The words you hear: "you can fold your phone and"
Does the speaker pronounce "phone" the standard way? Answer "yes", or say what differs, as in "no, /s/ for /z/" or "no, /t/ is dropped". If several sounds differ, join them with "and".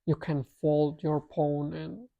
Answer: no, /p/ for /f/